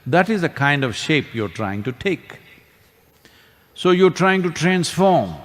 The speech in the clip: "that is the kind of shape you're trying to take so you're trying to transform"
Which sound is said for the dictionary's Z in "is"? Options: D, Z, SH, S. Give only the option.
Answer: Z